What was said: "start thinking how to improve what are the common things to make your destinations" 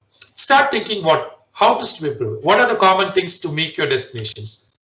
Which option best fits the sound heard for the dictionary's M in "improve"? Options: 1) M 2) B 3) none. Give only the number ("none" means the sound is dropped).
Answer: 3